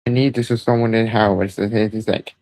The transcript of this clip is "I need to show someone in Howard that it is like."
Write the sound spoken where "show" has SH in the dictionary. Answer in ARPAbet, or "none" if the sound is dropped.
S